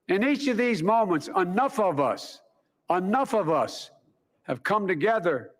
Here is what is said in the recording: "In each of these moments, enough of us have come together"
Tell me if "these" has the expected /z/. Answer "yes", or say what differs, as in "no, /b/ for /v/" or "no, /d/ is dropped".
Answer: yes